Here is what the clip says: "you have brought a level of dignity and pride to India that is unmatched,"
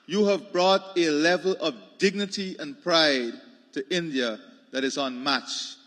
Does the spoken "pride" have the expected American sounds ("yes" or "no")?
yes